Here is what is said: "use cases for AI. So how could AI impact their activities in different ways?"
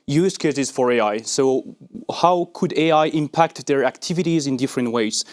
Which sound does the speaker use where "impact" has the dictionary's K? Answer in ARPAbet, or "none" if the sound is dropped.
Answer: K